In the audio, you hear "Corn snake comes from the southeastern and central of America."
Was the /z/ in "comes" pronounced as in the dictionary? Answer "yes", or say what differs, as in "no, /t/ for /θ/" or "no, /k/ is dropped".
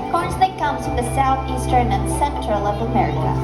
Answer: no, /z/ is dropped